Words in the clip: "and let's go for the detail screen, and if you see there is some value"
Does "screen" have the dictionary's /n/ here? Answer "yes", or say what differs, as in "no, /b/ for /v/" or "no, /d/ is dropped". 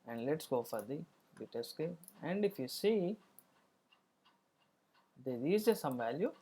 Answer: no, /n/ is dropped